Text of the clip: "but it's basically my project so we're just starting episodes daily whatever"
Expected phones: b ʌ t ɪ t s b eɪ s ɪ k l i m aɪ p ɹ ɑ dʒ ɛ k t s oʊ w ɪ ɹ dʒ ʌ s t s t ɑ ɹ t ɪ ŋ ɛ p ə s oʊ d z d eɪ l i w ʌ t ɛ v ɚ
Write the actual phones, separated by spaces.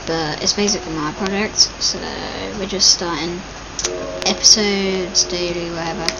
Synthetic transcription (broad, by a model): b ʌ t ɪ t s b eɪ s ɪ k l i m aɪ p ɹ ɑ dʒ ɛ k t s oʊ w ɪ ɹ dʒ ʌ s t s t ɑ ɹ t ɪ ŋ ɛ p ə s oʊ d z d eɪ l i w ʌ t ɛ v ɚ